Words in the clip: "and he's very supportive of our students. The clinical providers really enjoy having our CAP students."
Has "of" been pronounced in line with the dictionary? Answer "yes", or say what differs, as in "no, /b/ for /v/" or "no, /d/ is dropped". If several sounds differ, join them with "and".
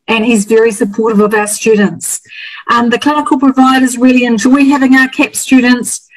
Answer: yes